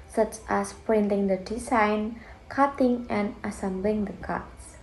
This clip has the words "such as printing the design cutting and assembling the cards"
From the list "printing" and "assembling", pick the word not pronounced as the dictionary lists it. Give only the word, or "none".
none